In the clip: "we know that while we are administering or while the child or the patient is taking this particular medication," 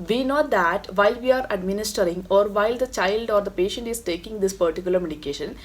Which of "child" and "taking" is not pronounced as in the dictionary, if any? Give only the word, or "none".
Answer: none